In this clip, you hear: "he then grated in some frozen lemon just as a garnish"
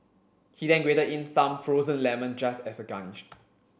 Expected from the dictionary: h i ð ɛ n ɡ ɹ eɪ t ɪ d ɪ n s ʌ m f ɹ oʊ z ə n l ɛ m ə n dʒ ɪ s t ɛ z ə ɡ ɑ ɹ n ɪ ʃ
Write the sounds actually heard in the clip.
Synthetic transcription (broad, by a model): h i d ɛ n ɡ w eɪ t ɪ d ɪ n s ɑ m f ɹ oʊ z ə n l ɛ m ə n dʒ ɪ s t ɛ s ə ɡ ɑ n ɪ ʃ